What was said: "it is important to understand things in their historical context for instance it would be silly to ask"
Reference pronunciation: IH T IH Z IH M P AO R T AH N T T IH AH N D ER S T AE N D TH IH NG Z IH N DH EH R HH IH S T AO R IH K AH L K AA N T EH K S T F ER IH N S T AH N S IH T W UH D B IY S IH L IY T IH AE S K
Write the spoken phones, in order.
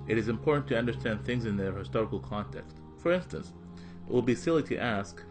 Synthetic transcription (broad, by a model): IH T IH Z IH M P AO R T N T T IH AH N D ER S T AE N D TH IH NG Z IH N DH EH R HH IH S T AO R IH K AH L K AA N T EH K S T F ER IH N S T AH N S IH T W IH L B IY S IH L IY T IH AE S K